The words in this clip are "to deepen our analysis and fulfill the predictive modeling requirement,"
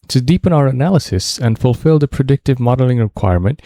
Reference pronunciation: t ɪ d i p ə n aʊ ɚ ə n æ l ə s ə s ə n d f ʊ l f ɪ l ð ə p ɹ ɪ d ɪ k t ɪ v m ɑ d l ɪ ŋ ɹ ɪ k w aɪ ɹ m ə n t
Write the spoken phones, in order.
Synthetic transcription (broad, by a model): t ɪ d i p ə n aʊ ɚ ə n æ l ə s ə s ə n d f ʊ l f ɪ l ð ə p ɹ ɪ d ɪ k t ɪ v m ɑ d l ɪ ŋ ɹ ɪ k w aɪ ɹ m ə n t